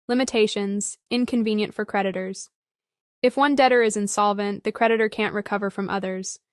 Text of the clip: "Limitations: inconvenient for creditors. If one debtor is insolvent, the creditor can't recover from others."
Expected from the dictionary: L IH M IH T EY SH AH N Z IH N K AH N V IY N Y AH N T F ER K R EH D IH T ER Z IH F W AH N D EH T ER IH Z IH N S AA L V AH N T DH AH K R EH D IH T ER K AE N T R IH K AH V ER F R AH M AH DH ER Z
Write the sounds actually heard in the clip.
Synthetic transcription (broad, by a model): L IH M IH T EY SH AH N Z IH N K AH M V IY N Y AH N T F ER K R EH D IH T ER Z IH F W AH N D EH T ER IH Z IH N S AA L V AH N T DH AH K R EH D IH T ER K AE N T R IH K AH V ER F R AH M AH DH ER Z